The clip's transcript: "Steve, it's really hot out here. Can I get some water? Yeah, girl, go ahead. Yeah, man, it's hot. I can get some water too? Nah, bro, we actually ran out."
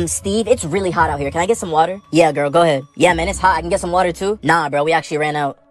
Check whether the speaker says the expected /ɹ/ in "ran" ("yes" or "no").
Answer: yes